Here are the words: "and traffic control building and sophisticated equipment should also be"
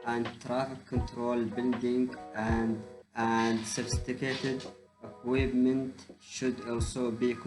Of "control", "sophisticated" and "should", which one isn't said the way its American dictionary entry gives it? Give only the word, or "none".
none